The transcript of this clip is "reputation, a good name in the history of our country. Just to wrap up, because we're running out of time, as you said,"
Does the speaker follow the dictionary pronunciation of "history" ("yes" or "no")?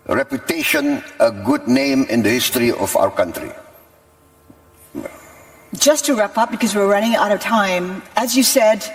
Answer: yes